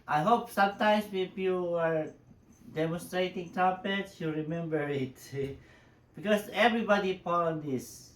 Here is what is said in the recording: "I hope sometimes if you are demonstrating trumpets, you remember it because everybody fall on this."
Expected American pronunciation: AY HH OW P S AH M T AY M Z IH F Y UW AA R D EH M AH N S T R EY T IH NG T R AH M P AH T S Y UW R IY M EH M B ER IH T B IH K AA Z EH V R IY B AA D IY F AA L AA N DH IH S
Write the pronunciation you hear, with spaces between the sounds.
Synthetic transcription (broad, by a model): AY HH OW P S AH M T AY M S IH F Y UW AA R D EH M AH N S T R EY T IH NG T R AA P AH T S Y UW R IY M EH M B ER IH T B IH K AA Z EH V R IY B AA D IY P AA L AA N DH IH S